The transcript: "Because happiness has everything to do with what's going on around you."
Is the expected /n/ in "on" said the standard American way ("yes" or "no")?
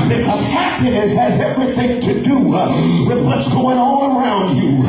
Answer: no